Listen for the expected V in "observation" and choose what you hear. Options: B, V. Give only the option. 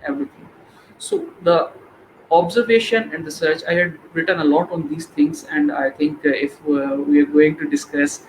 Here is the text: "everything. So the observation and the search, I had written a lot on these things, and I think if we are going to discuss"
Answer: V